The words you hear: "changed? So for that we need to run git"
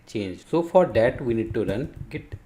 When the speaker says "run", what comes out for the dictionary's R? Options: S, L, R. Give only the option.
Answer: R